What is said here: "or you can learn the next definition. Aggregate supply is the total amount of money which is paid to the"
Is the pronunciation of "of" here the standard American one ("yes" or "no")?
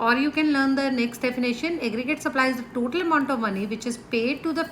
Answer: yes